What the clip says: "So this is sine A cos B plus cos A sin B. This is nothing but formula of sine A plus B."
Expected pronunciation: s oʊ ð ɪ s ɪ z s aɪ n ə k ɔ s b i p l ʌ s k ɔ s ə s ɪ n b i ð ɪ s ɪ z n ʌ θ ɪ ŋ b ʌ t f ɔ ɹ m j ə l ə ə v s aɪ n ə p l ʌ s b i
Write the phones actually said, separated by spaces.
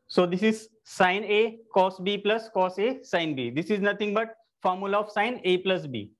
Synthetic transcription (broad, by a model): s oʊ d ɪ s ɪ z s aɪ n ə k ɔ s b i p l ʌ s k ɔ s ə s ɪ n b i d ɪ s ɪ z n ʌ t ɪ ŋ b ʌ t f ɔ ɹ m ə l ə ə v s aɪ n ə p l ʌ s b i